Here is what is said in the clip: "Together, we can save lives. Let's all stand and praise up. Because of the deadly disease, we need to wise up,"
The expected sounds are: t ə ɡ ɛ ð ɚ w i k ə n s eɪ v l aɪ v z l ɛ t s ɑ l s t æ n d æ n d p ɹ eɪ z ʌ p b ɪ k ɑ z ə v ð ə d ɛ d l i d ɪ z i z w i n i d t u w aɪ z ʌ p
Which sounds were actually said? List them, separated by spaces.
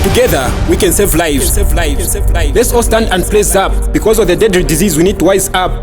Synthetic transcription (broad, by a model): t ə ɡ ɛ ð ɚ w i k ə n s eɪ v l aɪ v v l ɛ t s ɑ l s t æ n d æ n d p l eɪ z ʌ p b ɪ k ɑ z ə v ð ə d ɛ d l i d ɪ z i z w i n i d t u w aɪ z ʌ p